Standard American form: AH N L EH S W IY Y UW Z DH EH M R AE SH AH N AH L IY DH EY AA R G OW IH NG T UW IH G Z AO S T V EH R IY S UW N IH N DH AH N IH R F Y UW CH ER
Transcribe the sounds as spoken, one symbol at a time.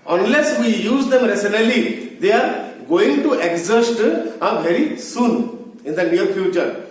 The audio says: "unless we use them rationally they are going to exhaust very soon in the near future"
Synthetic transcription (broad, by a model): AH N L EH S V IY Y UW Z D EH M R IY S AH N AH L IY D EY AA R G OW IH NG T UW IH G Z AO S T V EH R IY S UW N IH N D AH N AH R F Y UW CH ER